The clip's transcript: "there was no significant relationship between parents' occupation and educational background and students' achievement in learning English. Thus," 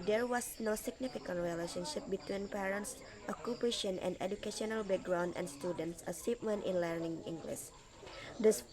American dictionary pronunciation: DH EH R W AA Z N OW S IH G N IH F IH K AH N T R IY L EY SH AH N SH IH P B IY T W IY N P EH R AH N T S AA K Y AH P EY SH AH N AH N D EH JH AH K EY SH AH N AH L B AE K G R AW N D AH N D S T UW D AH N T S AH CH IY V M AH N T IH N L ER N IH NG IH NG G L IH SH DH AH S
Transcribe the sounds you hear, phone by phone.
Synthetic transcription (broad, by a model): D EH R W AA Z N OW S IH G N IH F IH K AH N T R IY L EY SH AH N SH IH P B IY T W IY N P EH R AH N T S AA K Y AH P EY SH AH N AH N D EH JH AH K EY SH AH N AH L B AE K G R AW N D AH N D S T UW D AH N T S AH S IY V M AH N T IH N L ER N IH NG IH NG G L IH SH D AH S